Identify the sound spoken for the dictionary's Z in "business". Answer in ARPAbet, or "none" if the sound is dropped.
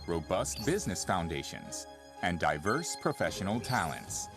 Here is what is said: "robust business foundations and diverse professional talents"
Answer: Z